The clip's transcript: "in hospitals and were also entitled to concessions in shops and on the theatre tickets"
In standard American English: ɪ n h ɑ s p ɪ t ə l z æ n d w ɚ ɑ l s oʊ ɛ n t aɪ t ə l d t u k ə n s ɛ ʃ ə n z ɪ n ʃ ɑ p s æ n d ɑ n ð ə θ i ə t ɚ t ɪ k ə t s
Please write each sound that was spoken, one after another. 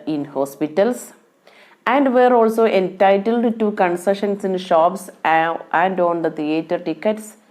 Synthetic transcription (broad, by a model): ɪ n h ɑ s p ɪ t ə l s æ n d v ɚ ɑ l s oʊ ɛ n t aɪ t ə l d t u k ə n s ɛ ʃ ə n s ɪ n ʃ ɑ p s æ n d ɑ n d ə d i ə t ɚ t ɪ k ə t s